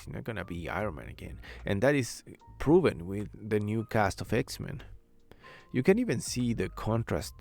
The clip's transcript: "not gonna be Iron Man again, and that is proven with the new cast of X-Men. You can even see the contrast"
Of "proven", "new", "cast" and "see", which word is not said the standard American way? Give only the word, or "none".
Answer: none